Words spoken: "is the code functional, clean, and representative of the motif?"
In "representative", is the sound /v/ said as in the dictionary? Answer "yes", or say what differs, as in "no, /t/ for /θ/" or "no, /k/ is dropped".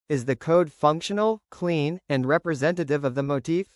yes